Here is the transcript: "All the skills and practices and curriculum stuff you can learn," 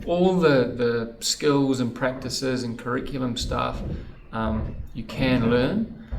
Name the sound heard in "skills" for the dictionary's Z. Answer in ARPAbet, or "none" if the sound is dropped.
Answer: Z